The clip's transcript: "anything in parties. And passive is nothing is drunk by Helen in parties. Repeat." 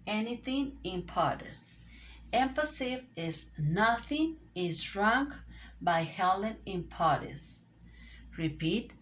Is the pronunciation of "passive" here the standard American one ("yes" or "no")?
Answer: no